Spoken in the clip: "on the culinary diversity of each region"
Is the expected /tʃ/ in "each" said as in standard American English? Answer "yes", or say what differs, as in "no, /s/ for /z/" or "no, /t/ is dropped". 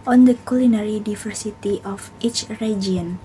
yes